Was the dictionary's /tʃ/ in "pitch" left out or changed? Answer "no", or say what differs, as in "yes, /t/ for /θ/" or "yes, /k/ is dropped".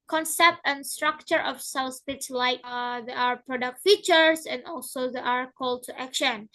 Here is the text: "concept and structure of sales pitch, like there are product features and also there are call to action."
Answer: yes, /s/ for /tʃ/